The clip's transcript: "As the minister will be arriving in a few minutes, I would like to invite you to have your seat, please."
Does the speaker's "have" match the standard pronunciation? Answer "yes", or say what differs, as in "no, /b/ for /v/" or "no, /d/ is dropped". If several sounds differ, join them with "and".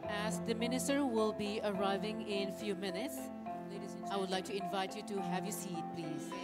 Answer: yes